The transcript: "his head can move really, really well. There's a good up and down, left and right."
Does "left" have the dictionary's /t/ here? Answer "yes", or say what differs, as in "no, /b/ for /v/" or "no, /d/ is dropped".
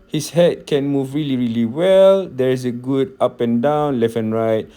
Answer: no, /t/ is dropped